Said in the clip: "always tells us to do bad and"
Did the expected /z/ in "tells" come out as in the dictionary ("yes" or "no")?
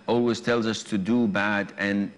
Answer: yes